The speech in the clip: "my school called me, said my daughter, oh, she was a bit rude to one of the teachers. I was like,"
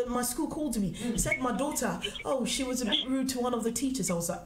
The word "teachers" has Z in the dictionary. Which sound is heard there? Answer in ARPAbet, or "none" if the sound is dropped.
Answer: Z